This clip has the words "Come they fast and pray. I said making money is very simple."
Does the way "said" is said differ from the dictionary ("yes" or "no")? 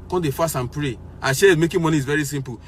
yes